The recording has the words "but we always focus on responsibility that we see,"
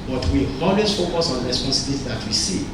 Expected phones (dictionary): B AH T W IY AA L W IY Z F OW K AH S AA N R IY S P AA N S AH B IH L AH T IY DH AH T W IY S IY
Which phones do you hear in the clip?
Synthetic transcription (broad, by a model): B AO T W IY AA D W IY S F OW K AH S AA N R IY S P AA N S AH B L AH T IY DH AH T W IY S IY